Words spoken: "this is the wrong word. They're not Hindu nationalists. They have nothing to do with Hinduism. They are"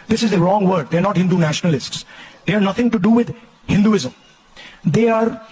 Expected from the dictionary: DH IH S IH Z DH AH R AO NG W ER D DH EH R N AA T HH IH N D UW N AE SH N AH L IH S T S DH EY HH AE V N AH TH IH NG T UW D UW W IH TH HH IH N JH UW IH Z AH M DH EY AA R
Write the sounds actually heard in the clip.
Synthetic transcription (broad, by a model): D IH S IH Z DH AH R AO NG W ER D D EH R N AA T HH IH N D UW N AE SH N AH L IH S T S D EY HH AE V N AH T IH NG T UW D UW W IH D HH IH N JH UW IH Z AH M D EY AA R